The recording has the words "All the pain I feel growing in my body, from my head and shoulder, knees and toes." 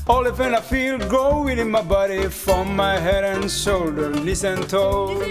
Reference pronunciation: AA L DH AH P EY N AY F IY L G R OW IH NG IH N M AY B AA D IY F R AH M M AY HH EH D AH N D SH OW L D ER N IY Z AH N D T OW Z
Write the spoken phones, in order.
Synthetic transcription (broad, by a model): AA L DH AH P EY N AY F IY L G OW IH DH IH N M AY B AA D IY F R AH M M AY HH EH D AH N SH OW L D ER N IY S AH N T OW